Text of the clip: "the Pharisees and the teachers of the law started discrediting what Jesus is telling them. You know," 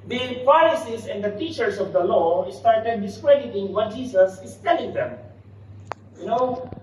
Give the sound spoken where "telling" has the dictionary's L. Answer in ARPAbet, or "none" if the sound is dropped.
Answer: L